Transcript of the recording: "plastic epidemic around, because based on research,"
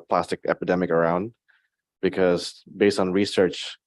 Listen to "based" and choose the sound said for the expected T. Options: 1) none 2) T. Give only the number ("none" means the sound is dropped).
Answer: 2